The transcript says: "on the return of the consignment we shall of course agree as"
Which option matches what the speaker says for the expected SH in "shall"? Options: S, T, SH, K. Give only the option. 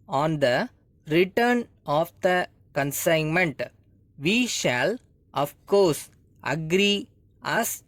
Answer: SH